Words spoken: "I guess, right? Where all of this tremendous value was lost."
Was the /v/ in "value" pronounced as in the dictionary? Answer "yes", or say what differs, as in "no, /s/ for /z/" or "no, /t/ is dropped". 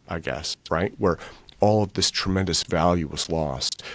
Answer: yes